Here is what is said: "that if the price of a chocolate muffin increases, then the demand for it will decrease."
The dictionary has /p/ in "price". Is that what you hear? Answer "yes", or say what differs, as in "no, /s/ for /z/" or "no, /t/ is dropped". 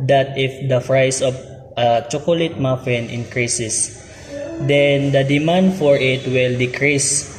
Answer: no, /f/ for /p/